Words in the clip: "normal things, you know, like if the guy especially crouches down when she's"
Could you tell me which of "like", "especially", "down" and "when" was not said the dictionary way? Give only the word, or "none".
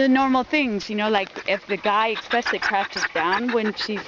especially